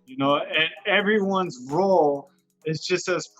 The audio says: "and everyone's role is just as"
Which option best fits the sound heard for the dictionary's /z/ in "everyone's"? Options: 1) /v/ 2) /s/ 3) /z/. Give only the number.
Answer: 3